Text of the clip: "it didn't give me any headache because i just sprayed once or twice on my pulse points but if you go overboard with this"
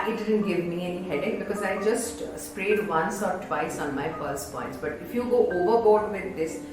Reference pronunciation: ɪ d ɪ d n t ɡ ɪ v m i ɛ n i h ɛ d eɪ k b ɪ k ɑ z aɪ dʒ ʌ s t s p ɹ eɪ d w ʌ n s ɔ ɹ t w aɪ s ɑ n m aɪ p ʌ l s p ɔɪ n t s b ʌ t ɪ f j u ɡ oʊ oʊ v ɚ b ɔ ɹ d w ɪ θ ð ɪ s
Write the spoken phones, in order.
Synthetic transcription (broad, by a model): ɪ d ɪ d n t ɡ ɪ v m i ɛ n i h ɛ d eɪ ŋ b ɪ k ɑ z aɪ dʒ ʌ s t s p ɹ eɪ d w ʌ n s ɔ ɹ t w aɪ s ɑ n m aɪ f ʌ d s p ɔɪ n t s b ʌ t ɪ f j u ɡ oʊ oʊ v ɚ b ɔ ɹ d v ɪ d ɪ s